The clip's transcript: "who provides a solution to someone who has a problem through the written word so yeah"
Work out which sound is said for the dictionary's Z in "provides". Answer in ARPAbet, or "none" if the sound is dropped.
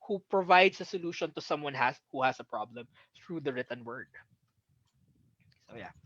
S